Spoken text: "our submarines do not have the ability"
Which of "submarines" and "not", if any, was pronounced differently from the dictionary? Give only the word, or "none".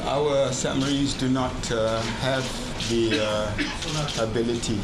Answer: submarines